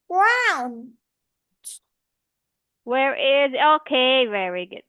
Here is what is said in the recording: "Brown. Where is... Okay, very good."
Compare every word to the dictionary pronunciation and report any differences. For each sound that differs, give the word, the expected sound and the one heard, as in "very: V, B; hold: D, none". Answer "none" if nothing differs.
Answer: none